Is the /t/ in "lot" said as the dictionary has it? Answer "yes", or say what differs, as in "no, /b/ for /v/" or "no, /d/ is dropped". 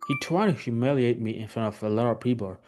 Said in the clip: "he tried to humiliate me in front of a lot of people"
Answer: no, /t/ is dropped